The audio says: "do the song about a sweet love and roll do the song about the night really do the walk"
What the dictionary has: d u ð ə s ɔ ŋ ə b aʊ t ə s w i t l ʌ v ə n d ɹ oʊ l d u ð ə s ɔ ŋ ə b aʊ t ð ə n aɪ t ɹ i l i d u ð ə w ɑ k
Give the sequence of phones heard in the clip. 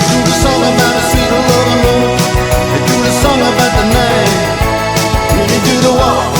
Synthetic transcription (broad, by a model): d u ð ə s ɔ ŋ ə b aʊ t ə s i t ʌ w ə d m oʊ n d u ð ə s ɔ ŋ ə b aʊ t ð ə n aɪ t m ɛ i d u ð ə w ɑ